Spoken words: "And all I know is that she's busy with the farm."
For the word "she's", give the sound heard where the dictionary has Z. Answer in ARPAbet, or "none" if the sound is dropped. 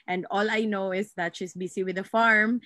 S